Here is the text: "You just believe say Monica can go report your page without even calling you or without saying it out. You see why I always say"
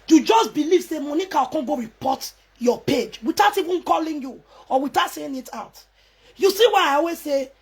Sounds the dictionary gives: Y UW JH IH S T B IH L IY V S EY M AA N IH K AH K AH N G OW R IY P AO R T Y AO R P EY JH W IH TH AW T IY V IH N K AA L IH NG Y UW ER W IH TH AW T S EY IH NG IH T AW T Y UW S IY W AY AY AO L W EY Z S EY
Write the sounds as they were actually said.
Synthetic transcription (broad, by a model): Y UW JH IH S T B IH L IY V S EY M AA N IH K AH K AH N G OW R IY P AO T Y AO P EY JH W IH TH AW T IY V IH N K AA L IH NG Y UW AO W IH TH AW T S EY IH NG IH T AW T Y UW S IY W AY AY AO W EY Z S EY